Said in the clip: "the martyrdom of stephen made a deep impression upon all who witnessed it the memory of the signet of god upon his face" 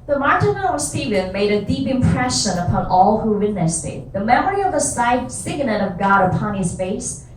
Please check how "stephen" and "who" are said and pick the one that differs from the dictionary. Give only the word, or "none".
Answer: none